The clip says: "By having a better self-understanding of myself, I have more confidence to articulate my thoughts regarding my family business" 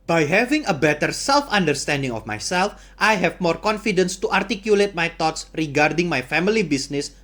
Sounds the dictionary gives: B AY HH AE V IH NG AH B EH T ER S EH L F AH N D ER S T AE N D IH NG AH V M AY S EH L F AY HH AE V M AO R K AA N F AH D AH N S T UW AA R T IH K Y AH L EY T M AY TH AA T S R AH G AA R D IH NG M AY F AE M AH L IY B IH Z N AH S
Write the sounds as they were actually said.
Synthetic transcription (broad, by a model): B AY HH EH V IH NG AH B EH T ER S EH L F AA N D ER S T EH N D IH NG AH F M AY S EH L F AY HH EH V M AO R K AA N F AH D AH N S T UW AA R T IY K Y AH L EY T M AY T AA T S R AH G AA R D IH NG M AY F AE M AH L IY B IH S N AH S